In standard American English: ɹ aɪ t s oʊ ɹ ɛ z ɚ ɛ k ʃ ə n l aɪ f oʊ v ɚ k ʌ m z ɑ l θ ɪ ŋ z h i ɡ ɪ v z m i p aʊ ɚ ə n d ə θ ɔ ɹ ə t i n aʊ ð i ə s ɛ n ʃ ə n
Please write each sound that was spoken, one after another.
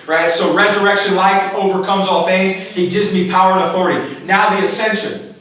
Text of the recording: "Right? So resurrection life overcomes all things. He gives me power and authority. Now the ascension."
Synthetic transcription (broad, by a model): ɹ aɪ t s oʊ ɹ ɛ z ɚ ɛ k ʃ ə n l aɪ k oʊ v ɚ k ʌ m z ɑ l θ ɪ ŋ z h i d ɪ z m i p aʊ ɚ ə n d ə θ ɔ ɹ ə t i n aʊ ð i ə s ɛ n ʃ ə n